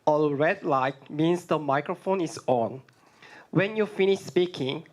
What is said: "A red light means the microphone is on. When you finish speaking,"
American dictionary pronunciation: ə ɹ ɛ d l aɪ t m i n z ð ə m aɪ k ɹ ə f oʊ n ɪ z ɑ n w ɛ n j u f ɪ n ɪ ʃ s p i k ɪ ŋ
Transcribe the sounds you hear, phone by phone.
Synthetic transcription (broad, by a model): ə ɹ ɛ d l aɪ t m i n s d ə m aɪ k ɹ ə f oʊ n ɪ s ɑ n w ɛ n j u f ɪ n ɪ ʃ s p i k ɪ ŋ